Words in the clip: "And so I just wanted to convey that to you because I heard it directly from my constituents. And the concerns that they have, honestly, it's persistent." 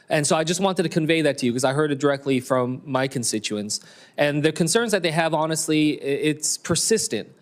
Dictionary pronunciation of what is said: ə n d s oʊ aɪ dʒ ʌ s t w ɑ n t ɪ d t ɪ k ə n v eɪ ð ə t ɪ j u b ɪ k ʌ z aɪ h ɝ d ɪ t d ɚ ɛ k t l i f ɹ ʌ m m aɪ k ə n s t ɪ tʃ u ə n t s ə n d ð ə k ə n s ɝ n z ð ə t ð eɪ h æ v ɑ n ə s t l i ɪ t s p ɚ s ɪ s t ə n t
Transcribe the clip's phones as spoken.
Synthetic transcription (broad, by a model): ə n s oʊ aɪ dʒ ʌ s t w ɑ n t ɪ d t ɪ k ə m v eɪ ð ə t ɪ j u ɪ k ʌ z aɪ h ɝ d ɪ t d ɚ ɛ k t l i f ɹ ʌ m m aɪ k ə n s t ɪ tʃ u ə n s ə n ð ə k ə n s ɝ n z ð ə t ð eɪ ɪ v ɑ n ə s t l i ɪ t s p ɚ s ɪ s t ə n t